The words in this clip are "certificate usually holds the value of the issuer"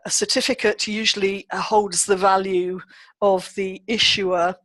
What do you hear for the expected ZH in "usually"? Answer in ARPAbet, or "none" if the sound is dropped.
ZH